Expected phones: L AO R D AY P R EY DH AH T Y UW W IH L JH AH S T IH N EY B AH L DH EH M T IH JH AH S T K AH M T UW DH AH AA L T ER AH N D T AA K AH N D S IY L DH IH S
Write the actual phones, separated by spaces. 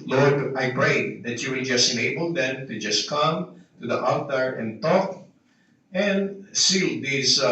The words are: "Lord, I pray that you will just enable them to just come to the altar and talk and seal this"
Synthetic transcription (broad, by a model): L AO R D AY P R EY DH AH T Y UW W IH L JH AH S T IH N EY B AH L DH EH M T IH JH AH S K AH M T UW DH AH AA T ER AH N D T AA K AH N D S IY L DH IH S